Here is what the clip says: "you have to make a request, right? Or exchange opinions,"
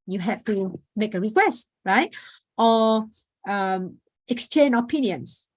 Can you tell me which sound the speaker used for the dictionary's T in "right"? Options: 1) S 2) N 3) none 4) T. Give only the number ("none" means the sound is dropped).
4